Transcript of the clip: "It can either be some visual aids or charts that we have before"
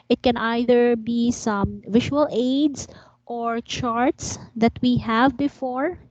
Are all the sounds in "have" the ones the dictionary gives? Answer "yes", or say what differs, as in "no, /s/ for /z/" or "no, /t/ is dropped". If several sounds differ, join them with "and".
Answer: yes